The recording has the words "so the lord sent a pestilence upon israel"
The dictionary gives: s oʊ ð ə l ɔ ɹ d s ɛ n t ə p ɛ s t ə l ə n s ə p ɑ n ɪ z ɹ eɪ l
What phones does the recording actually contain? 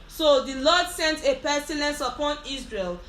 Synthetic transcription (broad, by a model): s oʊ ð ə l ɔ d s ɛ n t ə p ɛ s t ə l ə n s ə p ɑ n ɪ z ɹ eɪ l